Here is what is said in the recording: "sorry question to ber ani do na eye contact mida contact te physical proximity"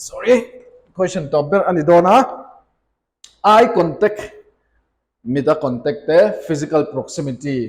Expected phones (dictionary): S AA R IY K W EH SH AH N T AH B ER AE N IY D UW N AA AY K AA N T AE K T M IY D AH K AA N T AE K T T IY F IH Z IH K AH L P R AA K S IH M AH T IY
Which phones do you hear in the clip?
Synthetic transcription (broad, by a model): S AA R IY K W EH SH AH N T AH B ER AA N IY D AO N AA AY K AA N T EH K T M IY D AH K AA N T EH K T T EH P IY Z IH K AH L P R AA K S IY M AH T IY